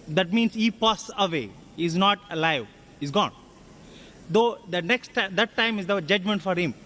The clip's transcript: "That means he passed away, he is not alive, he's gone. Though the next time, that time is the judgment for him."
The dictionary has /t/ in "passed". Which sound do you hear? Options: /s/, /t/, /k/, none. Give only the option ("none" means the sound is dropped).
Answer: none